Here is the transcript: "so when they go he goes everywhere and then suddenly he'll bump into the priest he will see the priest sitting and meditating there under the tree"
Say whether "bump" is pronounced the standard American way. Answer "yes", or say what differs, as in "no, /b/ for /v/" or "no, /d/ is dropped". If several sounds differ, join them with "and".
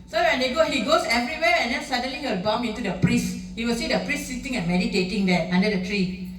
no, /p/ is dropped